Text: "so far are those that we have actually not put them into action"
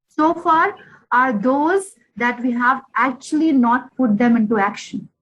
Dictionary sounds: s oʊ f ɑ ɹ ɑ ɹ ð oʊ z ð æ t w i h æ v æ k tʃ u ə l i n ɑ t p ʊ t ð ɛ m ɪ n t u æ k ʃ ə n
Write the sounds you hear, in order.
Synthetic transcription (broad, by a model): s oʊ f ɑ ɹ ɑ ɹ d oʊ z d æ t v i h æ v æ k tʃ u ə l i n ɑ t p ʊ t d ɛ m ɪ n t u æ k ʃ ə n